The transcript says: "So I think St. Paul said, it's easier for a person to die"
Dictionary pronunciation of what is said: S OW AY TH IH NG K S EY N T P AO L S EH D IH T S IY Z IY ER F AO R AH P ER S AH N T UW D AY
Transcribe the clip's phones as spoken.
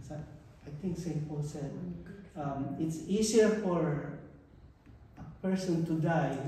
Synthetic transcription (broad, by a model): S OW AY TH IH NG K S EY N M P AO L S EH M IH T S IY S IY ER F AO R AH P ER S AH N T UW D AY